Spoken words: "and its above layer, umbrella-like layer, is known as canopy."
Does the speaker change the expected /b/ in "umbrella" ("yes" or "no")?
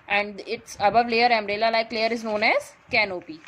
yes